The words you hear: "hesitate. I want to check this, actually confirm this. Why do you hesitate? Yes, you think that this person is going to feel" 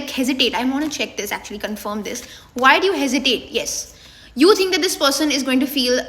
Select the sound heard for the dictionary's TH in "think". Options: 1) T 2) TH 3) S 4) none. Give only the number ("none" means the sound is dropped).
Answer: 1